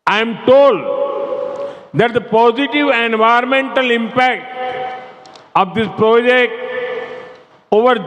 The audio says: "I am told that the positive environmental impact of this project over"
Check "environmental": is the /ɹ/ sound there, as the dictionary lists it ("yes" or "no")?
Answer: no